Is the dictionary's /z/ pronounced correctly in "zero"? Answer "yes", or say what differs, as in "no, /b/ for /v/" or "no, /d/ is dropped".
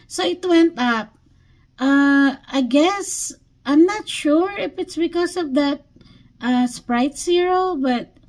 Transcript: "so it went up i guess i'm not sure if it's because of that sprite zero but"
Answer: no, /s/ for /z/